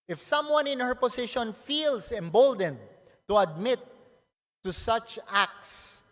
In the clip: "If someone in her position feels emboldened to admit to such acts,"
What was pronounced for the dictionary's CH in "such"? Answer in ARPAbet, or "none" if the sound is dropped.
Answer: CH